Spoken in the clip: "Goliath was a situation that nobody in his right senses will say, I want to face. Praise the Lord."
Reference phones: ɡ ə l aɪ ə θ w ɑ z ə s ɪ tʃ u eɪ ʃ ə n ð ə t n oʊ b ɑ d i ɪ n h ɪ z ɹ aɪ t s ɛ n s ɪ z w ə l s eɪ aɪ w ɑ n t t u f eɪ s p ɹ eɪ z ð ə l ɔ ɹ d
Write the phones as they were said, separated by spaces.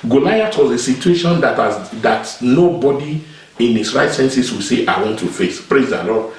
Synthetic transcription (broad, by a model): ɡ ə l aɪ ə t w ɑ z ə s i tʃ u eɪ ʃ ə n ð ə t n oʊ b ɑ d i ɪ n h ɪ s ɹ aɪ t s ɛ n s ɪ s w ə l s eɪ aɪ w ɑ n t t u f eɪ s p ɹ eɪ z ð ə l ɔ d